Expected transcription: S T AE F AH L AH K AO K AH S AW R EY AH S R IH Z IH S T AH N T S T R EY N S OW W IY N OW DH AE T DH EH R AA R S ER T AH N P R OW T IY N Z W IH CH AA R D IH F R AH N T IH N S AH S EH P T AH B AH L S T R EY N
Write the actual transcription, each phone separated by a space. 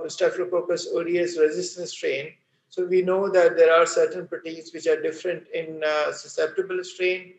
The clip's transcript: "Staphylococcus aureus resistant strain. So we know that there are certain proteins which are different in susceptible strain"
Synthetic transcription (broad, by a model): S T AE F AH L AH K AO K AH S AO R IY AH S R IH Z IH S T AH N S T R EY N S OW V IY N OW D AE T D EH R AA R S ER T AH N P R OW T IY Z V IH CH AA R D IH F R AH N T IH N S AH S EH P T AH B AH L S T R EY N